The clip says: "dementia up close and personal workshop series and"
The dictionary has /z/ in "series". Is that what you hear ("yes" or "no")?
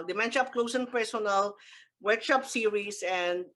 no